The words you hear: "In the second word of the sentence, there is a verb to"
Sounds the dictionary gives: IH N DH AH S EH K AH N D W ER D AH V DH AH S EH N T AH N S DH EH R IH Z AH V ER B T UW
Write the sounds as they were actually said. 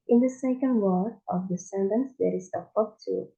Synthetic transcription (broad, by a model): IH N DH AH S EH K AH N D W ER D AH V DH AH S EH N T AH N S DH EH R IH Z AH P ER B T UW